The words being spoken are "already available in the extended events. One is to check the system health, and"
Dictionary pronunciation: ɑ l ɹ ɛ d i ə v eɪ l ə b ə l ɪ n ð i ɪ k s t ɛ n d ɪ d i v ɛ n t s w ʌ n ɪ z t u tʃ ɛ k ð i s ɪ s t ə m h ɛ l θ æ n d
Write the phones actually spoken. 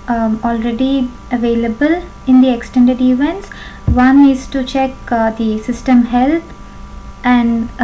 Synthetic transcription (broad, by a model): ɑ l ɹ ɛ d i ə v eɪ l ə b ə l ɪ n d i ɪ k s t ɛ n d ɪ d i v ɛ n t s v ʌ n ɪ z t u tʃ ɛ k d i s ɪ s t ə m h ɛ l t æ n d